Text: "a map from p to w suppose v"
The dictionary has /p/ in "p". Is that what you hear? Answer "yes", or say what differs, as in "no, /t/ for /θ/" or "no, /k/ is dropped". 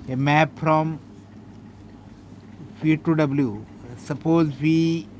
no, /f/ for /p/